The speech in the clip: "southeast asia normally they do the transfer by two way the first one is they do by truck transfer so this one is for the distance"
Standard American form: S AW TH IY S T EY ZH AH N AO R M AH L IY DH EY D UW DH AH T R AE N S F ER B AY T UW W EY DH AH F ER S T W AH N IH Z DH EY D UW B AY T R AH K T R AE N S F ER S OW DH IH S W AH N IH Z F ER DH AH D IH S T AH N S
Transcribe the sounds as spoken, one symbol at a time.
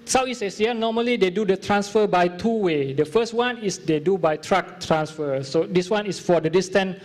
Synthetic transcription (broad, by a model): S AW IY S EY S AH N AO M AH L IY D EY D UW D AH T R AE N S F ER B AY T UW W EY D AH F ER S T W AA N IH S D EY D UW B AY T R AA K T R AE N S F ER S OW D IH S W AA N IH S F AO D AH D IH S T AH N